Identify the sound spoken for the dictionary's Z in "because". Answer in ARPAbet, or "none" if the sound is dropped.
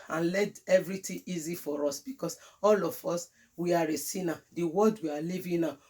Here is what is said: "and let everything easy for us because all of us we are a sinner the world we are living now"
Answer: S